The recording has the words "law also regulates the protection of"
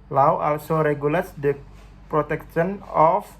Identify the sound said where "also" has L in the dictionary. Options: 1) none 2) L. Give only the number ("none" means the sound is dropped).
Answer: 2